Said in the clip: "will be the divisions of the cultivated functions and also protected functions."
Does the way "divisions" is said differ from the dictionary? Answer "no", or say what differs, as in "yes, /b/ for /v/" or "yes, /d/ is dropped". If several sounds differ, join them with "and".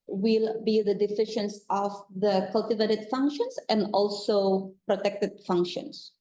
yes, /f/ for /v/ and /ʃ/ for /ʒ/ and /s/ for /z/